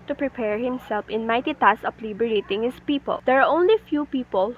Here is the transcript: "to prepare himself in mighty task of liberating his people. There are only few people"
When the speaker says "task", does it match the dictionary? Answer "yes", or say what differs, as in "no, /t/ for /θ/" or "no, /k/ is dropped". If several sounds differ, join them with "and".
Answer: no, /k/ is dropped